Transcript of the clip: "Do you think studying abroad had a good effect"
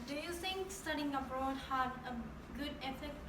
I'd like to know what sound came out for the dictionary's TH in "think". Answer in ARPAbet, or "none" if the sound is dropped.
T